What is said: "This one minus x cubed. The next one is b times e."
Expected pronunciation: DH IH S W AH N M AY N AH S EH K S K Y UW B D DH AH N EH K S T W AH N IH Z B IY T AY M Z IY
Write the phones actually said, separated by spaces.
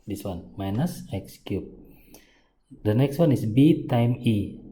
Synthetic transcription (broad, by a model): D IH S W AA N M AY N AH S EH K S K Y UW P D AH N EH K S T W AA N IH S B IY T AY M IY